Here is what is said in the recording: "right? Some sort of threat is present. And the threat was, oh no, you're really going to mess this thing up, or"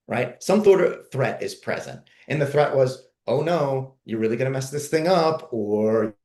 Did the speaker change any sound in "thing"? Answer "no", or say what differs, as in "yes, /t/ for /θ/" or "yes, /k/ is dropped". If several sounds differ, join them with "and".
no